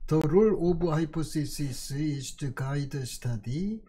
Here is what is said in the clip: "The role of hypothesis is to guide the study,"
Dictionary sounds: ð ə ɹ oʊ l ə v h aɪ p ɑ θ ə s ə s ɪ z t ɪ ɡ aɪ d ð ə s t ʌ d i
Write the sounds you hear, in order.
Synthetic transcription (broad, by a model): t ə ɹ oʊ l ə b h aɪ p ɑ s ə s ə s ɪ s t ɪ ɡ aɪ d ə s t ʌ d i